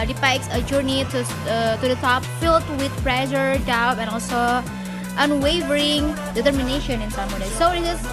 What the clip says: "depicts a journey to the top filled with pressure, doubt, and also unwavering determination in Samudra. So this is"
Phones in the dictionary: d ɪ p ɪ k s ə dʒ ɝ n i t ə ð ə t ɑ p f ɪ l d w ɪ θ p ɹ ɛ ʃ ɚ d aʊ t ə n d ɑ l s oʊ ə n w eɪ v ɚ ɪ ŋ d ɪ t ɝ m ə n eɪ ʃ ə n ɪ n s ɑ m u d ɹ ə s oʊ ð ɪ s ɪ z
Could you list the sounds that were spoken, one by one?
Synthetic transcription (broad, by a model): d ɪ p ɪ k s ə dʒ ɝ n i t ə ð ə t ɑ p f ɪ l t w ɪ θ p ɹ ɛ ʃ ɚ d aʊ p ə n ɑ l s oʊ ə n w eɪ v ɚ ɪ ŋ d ɪ t ɝ m ə n eɪ ʃ ə n ɪ n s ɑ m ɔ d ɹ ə s oʊ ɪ ɪ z